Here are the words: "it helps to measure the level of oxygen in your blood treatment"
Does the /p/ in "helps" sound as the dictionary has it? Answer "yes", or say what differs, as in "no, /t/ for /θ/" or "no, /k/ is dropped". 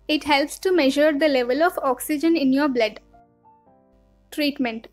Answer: yes